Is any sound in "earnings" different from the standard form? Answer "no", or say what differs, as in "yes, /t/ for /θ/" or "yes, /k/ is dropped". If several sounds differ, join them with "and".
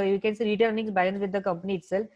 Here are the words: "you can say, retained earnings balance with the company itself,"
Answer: yes, /s/ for /z/